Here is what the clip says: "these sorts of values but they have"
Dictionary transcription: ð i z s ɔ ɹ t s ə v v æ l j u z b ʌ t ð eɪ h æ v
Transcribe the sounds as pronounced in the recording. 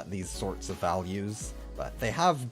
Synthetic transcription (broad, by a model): ð i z s ɔ ɹ t s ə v v æ l j u z b ʌ t ð eɪ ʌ v